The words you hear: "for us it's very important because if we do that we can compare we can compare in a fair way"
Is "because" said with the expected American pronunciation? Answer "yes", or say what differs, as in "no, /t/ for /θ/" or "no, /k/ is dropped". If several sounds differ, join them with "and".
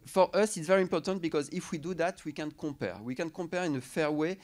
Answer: yes